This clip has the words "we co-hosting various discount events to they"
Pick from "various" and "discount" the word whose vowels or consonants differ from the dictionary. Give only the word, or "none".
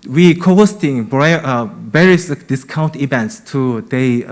various